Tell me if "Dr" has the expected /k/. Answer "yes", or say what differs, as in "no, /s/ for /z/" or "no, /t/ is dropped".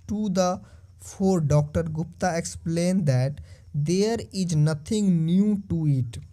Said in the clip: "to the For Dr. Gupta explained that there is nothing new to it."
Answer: yes